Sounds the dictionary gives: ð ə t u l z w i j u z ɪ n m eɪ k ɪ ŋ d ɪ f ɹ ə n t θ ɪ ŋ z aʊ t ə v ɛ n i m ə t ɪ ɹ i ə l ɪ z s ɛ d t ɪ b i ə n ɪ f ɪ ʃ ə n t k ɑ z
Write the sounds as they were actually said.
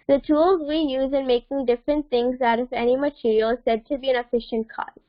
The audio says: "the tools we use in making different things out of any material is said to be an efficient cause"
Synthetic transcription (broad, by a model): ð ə t u l z w i j u z ɪ n m eɪ k ɪ ŋ d ɪ f ɹ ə n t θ ɪ ŋ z aʊ t ə v ɛ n i m ə t ɪ ɹ i ə l s ɛ d t ɪ b i ə n ɪ f ɪ ʃ ə n t k ɑ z